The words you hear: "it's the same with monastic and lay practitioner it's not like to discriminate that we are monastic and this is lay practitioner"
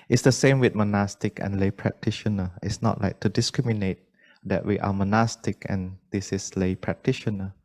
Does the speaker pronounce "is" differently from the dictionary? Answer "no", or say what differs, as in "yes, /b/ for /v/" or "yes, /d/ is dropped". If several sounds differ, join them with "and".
yes, /s/ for /z/